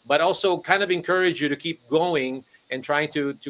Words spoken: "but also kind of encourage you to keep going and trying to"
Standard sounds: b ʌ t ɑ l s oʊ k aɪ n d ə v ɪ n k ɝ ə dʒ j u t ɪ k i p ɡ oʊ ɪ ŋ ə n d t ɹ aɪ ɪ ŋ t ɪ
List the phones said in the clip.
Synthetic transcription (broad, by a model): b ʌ t ɑ l s oʊ k aɪ n d ə v ɪ n k ɝ ə dʒ j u t ɪ k i p ɡ oʊ ɪ ŋ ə n t ɹ aɪ ɪ ŋ t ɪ